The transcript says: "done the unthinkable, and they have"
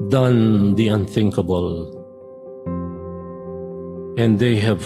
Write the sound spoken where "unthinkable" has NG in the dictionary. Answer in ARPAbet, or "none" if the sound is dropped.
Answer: NG